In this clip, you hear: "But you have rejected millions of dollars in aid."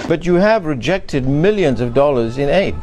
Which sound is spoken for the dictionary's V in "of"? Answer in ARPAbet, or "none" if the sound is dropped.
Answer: V